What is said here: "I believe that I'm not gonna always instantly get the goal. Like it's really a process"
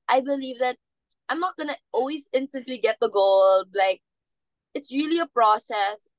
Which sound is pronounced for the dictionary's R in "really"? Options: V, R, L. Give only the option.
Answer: R